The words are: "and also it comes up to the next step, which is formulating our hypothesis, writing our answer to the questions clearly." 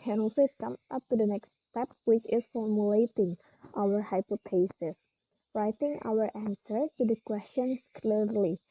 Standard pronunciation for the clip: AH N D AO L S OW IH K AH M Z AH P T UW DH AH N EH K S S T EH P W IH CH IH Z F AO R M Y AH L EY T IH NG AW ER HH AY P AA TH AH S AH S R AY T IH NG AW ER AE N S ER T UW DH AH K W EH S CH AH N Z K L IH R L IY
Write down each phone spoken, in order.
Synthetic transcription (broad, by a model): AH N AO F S IH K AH M AH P T UW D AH N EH K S S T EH P W IH CH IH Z F AO R M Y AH L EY T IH NG AW ER HH AY P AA T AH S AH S R AY T IH NG AW ER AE N S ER T UW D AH K W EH S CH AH N S K L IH R L IY